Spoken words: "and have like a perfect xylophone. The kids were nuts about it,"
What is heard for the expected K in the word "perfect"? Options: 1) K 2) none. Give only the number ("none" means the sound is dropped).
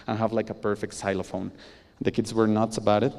1